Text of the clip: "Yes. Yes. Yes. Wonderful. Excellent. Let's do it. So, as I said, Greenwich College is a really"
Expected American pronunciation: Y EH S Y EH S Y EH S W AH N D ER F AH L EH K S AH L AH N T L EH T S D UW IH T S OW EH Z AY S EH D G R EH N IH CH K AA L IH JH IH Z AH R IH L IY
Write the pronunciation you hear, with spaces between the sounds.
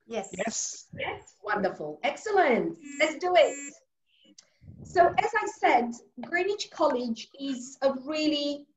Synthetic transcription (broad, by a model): Y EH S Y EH S Y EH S W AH N D ER F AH L EH K S AH L AH N T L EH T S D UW IH T S OW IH Z AY S EH D G R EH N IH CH K AA L IH JH IH Z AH R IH L IY